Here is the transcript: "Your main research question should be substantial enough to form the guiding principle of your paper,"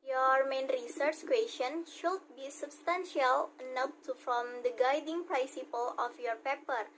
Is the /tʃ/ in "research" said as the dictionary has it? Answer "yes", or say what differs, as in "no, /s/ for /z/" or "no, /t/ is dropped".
yes